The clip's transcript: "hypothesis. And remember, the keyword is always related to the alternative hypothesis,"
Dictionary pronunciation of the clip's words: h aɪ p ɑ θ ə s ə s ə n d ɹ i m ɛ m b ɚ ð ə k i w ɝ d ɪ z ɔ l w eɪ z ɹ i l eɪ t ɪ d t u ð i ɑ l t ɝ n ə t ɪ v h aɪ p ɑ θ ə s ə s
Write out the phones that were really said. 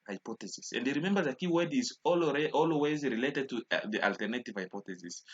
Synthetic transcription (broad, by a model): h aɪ p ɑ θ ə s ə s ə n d ɹ i m ɛ m b ɚ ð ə k i w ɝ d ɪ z ɔ l w eɪ z ɹ i l eɪ t ɪ d t u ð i ɑ l t ɝ n ə t ɪ v h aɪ p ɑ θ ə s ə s